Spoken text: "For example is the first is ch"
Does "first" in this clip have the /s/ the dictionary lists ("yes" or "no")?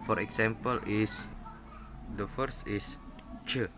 yes